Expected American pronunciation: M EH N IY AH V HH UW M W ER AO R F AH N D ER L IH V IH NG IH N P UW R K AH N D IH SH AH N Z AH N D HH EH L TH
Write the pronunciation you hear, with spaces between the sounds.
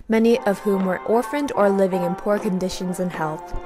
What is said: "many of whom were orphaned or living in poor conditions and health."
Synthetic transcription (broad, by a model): M EH N IY AH V HH UW M W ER AO R F AH N D ER L IH V IH NG IH N P UW R K AH N D IH SH AH N Z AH N HH EH L TH